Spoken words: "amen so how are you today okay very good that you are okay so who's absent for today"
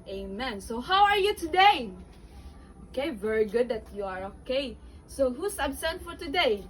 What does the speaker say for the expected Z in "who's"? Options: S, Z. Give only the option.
S